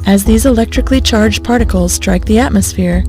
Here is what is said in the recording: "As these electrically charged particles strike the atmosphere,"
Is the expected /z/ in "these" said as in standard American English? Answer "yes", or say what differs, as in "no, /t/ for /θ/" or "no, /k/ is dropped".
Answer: yes